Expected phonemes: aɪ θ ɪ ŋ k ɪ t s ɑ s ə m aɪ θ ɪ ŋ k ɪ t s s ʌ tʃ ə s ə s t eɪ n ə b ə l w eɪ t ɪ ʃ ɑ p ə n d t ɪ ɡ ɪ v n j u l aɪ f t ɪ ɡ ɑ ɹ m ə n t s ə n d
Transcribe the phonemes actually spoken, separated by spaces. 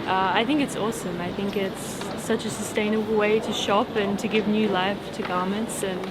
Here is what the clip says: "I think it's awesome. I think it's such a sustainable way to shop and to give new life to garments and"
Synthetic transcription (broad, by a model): aɪ θ ɪ ŋ k ɪ t s ɑ s ə m aɪ θ ɪ ŋ k ɪ t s s ʌ tʃ ə s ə s t eɪ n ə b l w eɪ t ɪ ʃ ɑ p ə n t ɪ ɡ ɪ v n j u l aɪ f t ɪ ɡ ɑ ɹ m ə n t s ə n